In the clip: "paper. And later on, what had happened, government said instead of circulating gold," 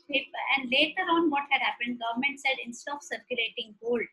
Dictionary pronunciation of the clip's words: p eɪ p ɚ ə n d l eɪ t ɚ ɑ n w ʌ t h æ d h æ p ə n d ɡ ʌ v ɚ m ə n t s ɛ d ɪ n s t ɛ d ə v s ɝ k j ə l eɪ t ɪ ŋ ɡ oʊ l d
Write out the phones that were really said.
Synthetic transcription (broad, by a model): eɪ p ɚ ə n d l eɪ t ɚ ɑ n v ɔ t h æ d h æ p ə n d ɡ ʌ v ɚ m ə n t s ɛ d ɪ n s t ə p s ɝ k j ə l eɪ t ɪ ŋ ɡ oʊ l d